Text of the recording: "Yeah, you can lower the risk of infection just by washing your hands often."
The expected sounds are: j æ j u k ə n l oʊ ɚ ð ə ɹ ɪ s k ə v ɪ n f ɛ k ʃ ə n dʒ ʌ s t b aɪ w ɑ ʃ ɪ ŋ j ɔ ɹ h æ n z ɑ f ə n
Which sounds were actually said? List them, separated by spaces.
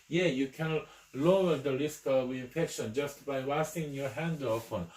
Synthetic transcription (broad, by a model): j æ j u k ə n l oʊ ɚ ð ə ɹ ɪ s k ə w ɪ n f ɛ k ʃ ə n dʒ ʌ s t b aɪ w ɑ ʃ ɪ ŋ j ɔ ɹ h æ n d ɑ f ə n